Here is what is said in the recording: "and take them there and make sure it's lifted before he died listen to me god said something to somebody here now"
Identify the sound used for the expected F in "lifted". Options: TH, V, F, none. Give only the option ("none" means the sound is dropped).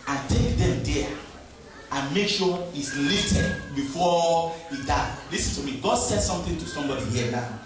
none